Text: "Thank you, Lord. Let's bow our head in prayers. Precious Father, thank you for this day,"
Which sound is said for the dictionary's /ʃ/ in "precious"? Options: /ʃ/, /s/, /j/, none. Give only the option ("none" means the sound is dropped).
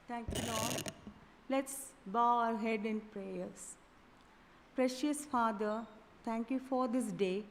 /ʃ/